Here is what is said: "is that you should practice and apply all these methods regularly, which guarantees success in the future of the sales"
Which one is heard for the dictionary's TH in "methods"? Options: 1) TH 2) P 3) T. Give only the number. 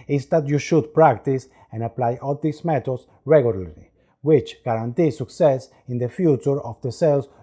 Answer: 3